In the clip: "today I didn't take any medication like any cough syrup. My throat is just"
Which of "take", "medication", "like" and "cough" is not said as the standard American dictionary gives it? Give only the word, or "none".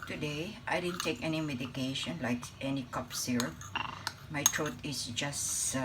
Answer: cough